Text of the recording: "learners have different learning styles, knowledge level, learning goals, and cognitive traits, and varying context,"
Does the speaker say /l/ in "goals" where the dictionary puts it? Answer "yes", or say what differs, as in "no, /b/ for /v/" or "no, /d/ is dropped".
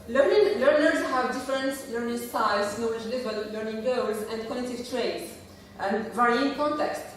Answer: no, /w/ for /l/